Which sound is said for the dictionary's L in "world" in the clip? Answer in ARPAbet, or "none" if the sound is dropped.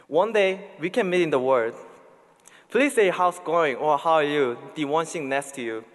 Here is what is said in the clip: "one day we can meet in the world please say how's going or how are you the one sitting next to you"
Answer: none